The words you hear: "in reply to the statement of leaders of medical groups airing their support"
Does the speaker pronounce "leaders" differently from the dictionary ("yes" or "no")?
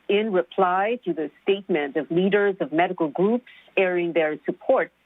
no